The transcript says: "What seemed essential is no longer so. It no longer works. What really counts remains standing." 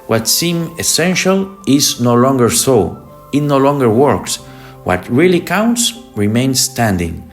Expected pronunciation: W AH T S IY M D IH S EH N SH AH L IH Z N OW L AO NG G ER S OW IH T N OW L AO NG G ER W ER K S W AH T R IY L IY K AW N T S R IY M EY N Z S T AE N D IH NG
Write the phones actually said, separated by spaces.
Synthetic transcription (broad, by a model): W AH T S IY M IH S EH N SH AH L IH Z N OW L AO NG G ER S OW IH T N OW L AO NG G ER W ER K S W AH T R IY L IY K AW N T S R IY M EY N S T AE N D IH NG